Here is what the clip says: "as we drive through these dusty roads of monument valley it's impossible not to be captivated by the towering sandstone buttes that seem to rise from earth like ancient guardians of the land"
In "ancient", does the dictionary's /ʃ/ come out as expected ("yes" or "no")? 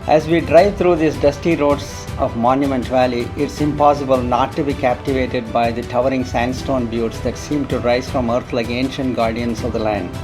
yes